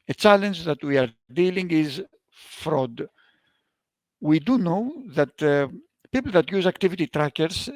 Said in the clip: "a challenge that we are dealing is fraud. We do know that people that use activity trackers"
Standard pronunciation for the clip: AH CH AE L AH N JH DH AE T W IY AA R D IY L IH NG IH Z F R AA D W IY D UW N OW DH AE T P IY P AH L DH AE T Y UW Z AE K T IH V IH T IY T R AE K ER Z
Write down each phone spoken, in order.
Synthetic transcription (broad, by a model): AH CH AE L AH N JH DH AE T W IY AA R D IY L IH NG IH Z F R AA D W IY D UW N OW DH AE T P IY P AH L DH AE T Y UW Z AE K T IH V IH T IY T R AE K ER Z